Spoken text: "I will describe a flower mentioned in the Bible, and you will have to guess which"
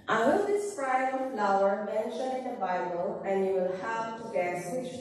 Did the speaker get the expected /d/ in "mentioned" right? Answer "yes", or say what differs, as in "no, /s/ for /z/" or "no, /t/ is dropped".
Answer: no, /d/ is dropped